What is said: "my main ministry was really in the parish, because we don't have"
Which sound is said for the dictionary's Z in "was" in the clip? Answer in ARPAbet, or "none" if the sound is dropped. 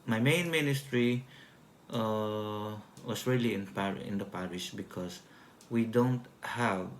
S